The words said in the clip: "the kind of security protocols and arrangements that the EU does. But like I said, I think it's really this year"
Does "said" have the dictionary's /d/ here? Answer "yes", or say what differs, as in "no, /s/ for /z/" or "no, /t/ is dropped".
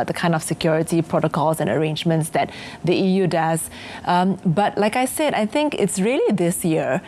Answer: yes